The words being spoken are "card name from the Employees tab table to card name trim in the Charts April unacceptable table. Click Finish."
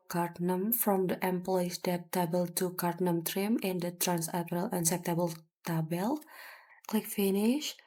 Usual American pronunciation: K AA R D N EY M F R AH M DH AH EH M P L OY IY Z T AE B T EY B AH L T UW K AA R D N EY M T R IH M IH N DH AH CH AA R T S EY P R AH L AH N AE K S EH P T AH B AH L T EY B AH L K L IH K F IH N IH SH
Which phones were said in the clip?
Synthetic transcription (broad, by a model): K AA R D N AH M F R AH M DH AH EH M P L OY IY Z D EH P T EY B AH L T UW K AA R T N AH M T R IH M IH N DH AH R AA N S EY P AH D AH L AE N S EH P T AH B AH L T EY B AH L K L IH K F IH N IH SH